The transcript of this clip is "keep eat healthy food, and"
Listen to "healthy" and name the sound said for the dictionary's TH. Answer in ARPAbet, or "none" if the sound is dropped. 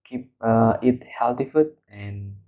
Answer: T